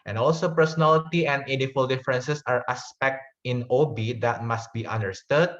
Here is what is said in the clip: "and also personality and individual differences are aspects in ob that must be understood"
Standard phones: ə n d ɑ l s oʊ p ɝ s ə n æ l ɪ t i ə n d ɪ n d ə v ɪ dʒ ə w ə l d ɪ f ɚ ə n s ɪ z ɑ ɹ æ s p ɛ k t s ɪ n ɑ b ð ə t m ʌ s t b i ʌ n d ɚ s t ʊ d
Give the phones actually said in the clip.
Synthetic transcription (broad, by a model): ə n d ɑ l s oʊ p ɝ s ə n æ l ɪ t i ə n d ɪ d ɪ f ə l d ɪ f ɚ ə n s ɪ s ɑ ɹ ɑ s p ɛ k t ɪ n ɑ b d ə t m ʌ s t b i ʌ n d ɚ s t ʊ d